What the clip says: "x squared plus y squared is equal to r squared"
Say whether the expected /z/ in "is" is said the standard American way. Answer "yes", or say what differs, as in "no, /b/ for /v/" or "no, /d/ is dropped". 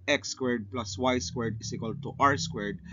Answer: no, /s/ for /z/